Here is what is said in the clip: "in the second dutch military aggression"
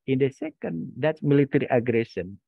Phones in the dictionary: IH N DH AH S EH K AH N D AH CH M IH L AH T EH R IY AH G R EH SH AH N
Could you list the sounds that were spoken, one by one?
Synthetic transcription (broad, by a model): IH N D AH S EH K AH N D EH S M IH L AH T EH R IY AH G R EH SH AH N